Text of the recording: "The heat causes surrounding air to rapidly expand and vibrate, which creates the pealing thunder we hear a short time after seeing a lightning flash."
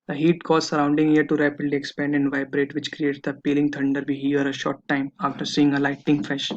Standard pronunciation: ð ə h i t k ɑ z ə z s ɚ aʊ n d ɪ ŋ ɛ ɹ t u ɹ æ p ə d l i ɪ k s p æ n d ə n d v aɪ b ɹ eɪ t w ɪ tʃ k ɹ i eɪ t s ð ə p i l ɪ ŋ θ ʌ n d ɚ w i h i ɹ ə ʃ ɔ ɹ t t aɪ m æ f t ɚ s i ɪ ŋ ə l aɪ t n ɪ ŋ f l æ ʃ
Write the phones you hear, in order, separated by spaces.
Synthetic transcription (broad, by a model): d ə h i t k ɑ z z s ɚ aʊ n d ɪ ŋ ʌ ɹ t u ɹ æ p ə d l i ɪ k s p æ n d ə n d v aɪ b ɹ eɪ t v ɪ tʃ k ɹ i eɪ t s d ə p i l ɪ ŋ t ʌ n d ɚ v i h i ɹ ə ʃ ɔ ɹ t t aɪ m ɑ f t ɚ s i ɪ ŋ ə l aɪ t ɪ ŋ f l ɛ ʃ